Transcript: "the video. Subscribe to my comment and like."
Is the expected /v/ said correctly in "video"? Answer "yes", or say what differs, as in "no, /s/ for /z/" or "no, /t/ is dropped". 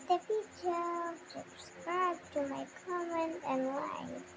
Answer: no, /f/ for /v/